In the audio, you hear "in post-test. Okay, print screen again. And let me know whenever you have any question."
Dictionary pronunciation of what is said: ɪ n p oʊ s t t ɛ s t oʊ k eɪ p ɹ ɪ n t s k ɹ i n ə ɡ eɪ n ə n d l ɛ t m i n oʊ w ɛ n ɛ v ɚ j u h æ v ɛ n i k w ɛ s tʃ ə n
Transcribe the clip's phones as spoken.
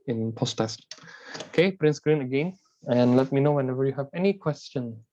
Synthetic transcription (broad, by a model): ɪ n p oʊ s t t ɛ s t oʊ k eɪ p ɹ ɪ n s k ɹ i n ə ɡ eɪ n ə n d l ɛ t m i n oʊ w ɛ n ɛ v ɚ j u h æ v ɛ n i k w ɛ s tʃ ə n